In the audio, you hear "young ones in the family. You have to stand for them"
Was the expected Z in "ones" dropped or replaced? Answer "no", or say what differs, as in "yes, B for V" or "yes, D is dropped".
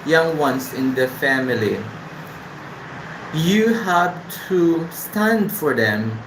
yes, S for Z